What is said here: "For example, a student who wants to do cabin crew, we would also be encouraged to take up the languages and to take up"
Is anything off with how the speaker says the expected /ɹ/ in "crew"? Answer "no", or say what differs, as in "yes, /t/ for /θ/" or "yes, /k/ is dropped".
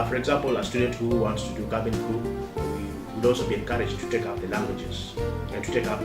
yes, /ɹ/ is dropped